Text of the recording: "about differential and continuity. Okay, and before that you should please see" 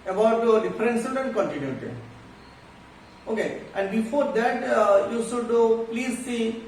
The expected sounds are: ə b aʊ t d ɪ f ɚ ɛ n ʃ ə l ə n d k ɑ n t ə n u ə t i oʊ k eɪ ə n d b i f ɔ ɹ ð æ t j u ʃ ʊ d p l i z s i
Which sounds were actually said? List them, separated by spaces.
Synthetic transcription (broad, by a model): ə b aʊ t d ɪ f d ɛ n s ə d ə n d k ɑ n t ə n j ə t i oʊ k eɪ ə n d b i f ɔ ɹ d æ t j u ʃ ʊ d p l i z s i